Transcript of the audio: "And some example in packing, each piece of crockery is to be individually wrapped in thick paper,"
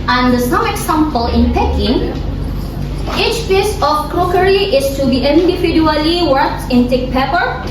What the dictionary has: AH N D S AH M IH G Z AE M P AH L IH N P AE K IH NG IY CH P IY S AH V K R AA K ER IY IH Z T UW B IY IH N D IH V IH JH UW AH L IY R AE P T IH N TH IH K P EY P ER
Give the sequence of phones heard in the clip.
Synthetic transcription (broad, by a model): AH N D S AH M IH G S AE M P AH L IH N P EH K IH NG IY CH P IY S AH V K R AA K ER IY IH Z T UW B IY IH N D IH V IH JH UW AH L IY W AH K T IH N T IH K P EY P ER